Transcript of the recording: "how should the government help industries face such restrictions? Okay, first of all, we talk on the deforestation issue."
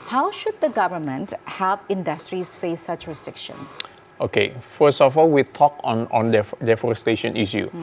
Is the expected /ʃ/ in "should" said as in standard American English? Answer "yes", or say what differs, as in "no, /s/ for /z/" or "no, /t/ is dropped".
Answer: yes